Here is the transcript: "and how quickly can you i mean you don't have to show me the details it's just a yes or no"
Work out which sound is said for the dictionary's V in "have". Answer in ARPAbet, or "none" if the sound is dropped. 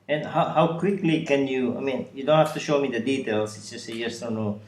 F